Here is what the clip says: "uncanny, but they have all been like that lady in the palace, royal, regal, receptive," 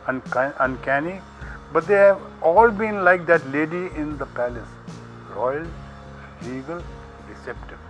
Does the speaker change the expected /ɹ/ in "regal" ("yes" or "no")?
yes